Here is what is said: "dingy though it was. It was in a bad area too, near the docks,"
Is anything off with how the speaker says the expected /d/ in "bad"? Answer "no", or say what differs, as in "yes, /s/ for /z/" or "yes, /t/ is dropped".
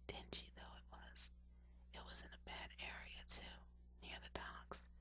no